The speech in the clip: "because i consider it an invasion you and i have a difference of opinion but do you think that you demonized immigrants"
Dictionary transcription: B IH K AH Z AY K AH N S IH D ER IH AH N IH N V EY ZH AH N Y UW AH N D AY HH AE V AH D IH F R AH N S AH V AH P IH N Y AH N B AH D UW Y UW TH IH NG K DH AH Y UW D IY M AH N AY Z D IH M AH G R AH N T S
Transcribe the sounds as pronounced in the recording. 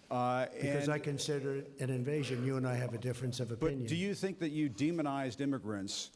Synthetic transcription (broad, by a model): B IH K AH Z AY K AH N S IH D ER IH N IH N V EY ZH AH N Y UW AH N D AY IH V AH D IH F R AH N S AH V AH P IH N Y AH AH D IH Y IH TH IH NG K DH AH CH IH D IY M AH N AY Z D IH M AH G R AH N T S